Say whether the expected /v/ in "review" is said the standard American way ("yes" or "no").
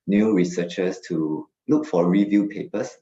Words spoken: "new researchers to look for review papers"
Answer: yes